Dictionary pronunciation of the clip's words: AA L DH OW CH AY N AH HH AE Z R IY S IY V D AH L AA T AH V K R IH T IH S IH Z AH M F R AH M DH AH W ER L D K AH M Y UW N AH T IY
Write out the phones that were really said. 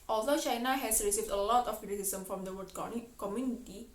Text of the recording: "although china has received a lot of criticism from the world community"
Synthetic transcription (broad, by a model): AA L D OW CH AY N AH HH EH S R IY S IY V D AH L AA T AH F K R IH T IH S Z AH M F R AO M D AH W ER D K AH M Y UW N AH T IY